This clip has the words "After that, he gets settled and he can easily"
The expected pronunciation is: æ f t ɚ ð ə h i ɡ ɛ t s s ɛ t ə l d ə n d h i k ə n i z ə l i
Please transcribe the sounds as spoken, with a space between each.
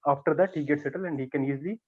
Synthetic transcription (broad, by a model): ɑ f t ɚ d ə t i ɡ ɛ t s s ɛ t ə l ə n d h i k ə n i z l i